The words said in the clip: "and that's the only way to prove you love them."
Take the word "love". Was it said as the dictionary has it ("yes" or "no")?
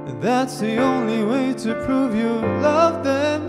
yes